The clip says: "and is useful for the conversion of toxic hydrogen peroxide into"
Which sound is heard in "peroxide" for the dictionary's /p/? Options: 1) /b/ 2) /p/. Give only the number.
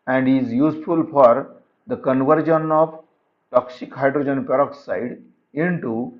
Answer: 2